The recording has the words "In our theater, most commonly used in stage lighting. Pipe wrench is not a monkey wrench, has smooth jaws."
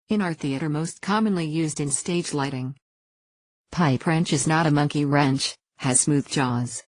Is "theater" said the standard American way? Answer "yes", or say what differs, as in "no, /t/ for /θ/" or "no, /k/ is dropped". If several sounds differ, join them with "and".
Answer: yes